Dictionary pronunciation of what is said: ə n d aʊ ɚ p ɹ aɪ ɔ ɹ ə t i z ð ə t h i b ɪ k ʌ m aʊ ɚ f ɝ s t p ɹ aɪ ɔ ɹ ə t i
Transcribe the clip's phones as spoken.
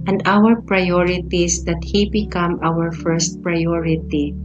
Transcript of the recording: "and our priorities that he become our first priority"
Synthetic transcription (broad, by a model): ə n d aʊ ɚ p ɹ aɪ ɔ ɹ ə t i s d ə t h i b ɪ k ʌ m aʊ ɚ f ɝ s t p ɹ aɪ ɔ ɹ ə t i